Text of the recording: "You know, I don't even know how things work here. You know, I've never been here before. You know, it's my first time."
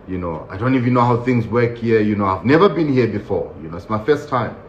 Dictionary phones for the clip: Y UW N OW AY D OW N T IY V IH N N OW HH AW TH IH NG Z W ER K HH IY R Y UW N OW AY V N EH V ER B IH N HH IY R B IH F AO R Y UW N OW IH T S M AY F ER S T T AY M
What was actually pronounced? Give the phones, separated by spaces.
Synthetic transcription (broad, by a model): Y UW N OW AY D OW N T IY V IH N N OW HH AW TH IH NG Z W ER K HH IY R Y UW N OW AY V N EH V ER B IH N HH IY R B IH F AO R Y UW N OW IH T S M AY F ER S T T AY M